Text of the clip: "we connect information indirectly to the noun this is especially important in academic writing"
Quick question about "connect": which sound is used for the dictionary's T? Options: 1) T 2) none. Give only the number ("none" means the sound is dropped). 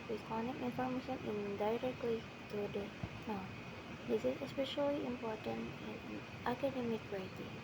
2